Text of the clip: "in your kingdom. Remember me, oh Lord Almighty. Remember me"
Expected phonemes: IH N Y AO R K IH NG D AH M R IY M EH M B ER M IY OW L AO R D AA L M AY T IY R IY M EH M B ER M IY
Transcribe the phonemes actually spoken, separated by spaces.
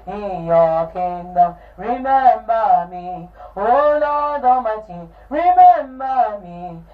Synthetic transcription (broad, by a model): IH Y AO K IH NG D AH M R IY M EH M B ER M IY OW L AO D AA M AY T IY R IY M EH M B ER M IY